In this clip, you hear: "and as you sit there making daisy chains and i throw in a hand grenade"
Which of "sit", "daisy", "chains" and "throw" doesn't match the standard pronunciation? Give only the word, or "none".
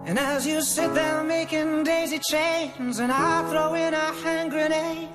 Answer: none